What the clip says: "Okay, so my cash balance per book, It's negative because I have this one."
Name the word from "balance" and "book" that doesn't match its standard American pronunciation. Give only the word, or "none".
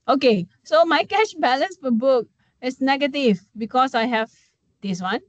none